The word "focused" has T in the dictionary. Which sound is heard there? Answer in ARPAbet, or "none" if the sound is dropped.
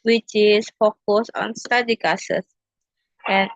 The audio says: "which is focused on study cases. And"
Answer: none